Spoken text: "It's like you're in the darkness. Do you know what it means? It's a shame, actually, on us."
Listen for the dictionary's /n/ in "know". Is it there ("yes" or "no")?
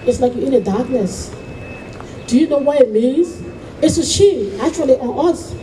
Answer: yes